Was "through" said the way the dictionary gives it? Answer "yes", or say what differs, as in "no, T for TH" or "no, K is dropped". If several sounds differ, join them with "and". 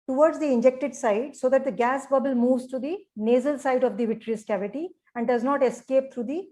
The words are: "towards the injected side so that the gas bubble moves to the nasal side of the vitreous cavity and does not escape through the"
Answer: no, T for TH